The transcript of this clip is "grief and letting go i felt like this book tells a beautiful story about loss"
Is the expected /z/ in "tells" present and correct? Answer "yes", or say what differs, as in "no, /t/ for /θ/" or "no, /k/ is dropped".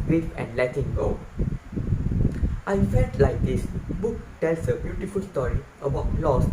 no, /s/ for /z/